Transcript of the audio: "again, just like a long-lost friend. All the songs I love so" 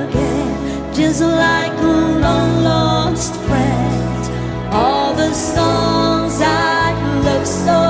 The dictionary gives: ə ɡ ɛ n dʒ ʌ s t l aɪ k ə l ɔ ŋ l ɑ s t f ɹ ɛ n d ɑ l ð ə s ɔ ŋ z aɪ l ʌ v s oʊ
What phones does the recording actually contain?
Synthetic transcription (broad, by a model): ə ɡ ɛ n dʒ ʌ s t l aɪ k ə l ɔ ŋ l ɑ s t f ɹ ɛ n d ɑ l ð ə s ɔ ŋ z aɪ l ʌ v s oʊ